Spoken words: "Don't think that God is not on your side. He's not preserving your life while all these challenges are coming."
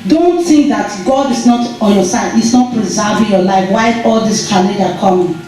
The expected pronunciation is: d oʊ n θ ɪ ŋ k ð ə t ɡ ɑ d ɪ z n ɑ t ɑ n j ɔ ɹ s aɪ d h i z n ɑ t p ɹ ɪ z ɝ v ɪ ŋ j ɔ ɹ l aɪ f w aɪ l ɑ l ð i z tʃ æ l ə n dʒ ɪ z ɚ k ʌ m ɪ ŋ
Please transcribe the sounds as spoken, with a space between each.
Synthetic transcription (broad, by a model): d oʊ n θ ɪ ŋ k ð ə t ɡ ɑ d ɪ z n ɑ t ɑ n j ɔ s aɪ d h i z n ɑ t p ɹ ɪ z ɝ v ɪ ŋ j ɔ l aɪ f w aɪ ɑ l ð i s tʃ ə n ɪ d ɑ k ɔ m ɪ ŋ